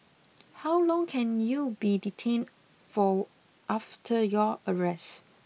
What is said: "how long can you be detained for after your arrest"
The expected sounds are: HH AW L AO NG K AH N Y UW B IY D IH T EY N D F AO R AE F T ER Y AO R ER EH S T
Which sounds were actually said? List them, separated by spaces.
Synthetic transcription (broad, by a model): HH AW L AO NG K AH N Y UW B IY D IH T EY N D F AO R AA F T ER Y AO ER EH S